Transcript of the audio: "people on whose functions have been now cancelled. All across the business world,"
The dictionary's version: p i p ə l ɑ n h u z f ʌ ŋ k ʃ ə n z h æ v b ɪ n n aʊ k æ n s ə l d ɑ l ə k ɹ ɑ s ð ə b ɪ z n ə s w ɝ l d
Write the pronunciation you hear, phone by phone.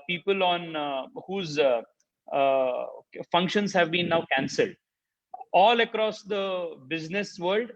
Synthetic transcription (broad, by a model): p i p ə l ɑ n h u z f ʌ ŋ k ʃ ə n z h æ v b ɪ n n aʊ k æ n s ə l d ɑ l ə k ɹ ɑ s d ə b ɪ z n ə s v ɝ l d